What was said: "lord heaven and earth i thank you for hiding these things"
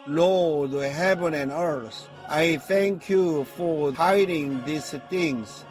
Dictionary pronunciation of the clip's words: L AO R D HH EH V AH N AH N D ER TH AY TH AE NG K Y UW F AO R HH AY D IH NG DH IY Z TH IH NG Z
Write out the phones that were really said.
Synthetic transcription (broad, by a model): L AO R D HH EH V AH N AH N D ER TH AY TH AE NG K Y UW F AO R HH AY D IH NG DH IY S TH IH NG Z